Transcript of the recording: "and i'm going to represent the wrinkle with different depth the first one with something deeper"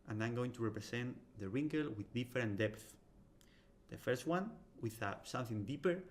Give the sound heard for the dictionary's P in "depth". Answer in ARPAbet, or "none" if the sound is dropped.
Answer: P